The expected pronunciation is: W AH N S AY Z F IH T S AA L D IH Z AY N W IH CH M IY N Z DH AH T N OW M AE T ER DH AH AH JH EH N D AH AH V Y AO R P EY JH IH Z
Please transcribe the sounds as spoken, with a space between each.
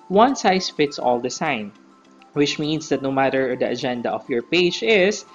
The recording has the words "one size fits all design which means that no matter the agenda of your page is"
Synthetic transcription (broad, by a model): W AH N S AY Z F IH T S AA L D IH S AY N W IH CH M IY N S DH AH T N OW M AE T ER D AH AH JH EH N D AH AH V Y AO R P EY JH IH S